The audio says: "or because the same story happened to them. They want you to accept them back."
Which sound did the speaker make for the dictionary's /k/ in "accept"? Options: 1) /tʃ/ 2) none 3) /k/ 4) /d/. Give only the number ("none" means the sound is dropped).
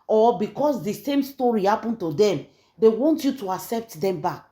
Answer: 3